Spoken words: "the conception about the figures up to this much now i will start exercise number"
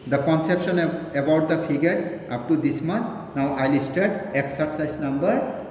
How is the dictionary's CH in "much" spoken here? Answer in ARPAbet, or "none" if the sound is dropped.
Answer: S